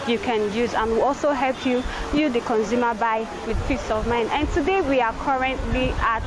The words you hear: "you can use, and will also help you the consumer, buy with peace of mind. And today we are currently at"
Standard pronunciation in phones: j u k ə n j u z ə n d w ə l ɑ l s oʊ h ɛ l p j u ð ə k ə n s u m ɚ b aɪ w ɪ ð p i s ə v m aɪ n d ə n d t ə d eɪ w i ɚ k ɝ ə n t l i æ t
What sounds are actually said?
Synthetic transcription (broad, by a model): j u k ə n j u z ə n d w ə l ɑ l s oʊ h ɛ l p j u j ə k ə n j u m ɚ b aɪ w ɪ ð f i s ə v m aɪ n ə n t ə d eɪ w i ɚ k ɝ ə n t l i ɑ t